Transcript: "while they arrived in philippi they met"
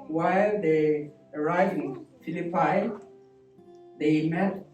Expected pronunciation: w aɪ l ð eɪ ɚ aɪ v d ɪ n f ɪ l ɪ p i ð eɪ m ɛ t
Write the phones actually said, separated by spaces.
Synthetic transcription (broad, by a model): w aɪ l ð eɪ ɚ aɪ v ɪ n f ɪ l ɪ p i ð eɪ m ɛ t